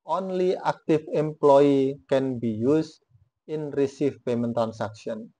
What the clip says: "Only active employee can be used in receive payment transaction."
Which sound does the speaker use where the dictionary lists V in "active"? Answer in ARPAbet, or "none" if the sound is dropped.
F